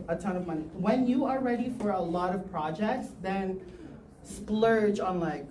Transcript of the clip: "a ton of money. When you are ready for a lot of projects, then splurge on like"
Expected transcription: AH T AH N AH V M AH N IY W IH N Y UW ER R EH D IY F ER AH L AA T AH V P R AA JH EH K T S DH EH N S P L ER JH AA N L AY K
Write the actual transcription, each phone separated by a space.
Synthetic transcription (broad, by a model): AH T AH N AH V M AH N IY W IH N Y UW ER R EH D IY F ER AH L AA T AH V P R AA JH EH K T S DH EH N S P L ER JH N L AY K